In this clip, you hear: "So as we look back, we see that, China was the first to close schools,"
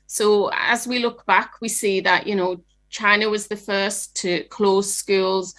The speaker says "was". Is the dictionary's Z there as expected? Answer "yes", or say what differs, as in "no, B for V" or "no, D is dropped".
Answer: yes